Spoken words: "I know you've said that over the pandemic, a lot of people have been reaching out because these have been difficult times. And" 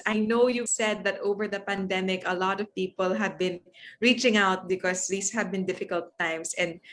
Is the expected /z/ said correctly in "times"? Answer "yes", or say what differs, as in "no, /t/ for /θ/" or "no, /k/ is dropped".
no, /s/ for /z/